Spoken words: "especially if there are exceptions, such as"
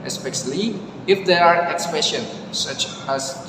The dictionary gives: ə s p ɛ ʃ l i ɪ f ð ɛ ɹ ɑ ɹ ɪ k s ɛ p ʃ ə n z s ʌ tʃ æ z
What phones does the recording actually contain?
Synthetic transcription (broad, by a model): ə s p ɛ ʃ l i ɪ f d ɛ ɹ ɑ ɹ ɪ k s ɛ ʃ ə n s ʌ tʃ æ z